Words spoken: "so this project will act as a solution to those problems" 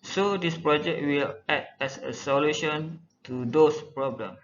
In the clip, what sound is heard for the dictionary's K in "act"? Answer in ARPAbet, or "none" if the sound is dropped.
none